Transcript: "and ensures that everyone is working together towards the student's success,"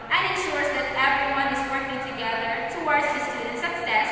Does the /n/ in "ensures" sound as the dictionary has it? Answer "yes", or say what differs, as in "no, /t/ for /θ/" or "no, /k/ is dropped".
yes